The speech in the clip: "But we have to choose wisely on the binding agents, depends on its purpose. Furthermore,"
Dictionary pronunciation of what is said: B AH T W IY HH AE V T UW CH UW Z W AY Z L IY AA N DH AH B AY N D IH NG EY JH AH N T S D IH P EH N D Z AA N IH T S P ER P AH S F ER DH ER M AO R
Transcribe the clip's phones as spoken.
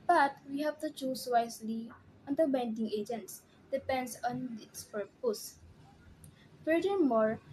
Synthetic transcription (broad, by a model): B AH T W IY HH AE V T UW CH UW S W AY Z L IY AA N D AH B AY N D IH NG EY JH AH N T S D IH P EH N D S AA N IH T S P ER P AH S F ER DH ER M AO R